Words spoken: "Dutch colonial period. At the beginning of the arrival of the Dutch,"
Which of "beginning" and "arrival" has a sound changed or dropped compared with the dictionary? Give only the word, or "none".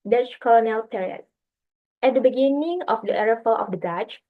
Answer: arrival